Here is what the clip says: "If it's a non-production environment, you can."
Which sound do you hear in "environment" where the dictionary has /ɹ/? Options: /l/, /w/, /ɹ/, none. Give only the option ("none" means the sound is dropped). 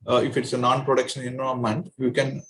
none